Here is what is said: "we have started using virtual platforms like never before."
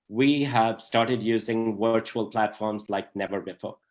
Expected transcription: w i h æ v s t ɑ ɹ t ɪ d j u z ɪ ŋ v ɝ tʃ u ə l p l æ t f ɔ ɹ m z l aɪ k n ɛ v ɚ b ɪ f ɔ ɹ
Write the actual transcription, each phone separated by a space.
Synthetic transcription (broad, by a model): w i h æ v s t ɑ ɹ t ɪ d j u z ɪ ŋ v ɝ tʃ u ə l p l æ t f ɔ ɹ m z l aɪ k n ɛ v ɚ b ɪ f ɔ ɹ